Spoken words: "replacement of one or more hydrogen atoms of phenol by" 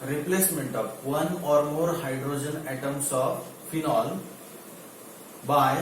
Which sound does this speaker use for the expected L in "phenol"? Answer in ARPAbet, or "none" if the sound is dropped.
L